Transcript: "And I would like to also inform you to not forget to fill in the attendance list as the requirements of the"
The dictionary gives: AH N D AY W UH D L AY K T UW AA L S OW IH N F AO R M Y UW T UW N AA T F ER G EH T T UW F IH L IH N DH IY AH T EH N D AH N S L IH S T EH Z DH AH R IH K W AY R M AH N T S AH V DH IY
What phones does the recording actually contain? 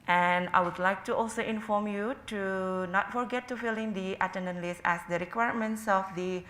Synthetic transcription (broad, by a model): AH N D AY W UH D L AY K T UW AA L S OW IH N F AO R M Y UW T UW N AA T F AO G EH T T UW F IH L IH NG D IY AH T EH N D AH N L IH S EH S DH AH R IH K W AY R M AH N T S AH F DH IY